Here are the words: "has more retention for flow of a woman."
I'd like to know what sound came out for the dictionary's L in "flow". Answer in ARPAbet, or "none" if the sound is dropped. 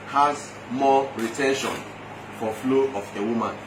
L